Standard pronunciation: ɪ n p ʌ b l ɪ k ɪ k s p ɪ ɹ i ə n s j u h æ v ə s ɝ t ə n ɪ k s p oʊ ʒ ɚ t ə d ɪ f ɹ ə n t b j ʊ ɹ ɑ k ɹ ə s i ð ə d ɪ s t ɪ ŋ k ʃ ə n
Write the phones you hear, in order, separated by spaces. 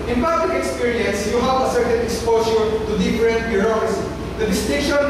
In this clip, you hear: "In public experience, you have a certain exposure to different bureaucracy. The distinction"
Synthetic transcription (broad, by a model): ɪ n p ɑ b l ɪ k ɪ k s p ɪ ɹ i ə n s j u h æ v ə s ɝ t ə n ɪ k s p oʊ s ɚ t ə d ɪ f ɹ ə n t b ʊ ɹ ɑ ɹ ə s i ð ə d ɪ s t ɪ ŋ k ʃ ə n